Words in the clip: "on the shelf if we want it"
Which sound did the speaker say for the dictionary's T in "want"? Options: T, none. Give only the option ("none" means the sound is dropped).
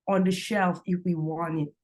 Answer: none